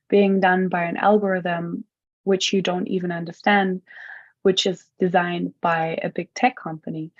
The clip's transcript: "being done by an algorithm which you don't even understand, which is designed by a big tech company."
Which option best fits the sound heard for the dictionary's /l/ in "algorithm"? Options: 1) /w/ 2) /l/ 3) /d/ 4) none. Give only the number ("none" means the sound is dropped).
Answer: 2